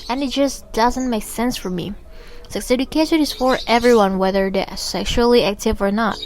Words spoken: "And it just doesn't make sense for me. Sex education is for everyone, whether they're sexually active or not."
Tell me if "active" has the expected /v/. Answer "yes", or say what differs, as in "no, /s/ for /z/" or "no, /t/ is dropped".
yes